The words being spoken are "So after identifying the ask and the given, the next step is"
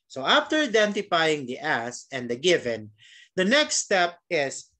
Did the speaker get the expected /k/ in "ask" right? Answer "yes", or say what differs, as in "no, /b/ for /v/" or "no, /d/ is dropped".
no, /k/ is dropped